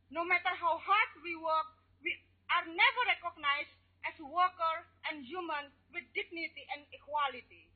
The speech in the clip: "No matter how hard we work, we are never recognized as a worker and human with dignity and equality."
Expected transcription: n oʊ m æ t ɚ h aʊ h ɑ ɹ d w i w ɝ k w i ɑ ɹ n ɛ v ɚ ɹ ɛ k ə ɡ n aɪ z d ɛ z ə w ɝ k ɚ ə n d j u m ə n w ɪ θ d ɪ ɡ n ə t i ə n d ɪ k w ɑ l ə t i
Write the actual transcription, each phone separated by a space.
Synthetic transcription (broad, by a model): n oʊ m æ t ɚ h aʊ h ɑ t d w i w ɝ k w i ɑ ɹ n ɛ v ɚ ɹ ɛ k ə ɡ n aɪ s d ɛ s w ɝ k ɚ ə n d j u m ə n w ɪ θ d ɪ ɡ n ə t i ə n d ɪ k w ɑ l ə t i